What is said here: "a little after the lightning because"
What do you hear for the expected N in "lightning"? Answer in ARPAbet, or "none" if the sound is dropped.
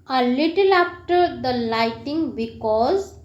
none